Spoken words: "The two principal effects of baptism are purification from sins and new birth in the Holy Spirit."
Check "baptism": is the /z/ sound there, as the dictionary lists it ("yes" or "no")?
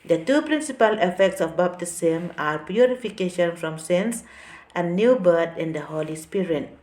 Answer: no